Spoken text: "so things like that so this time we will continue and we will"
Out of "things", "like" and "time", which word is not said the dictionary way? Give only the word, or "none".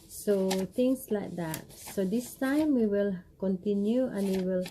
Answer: things